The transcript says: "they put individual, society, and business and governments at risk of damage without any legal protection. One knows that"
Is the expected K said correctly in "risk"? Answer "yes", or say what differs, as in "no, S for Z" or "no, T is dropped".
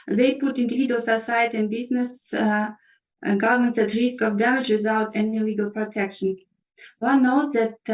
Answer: yes